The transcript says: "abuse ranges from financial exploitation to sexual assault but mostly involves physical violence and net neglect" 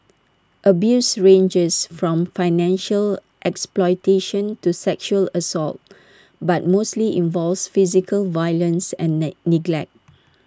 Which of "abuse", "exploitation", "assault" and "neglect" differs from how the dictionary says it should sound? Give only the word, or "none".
none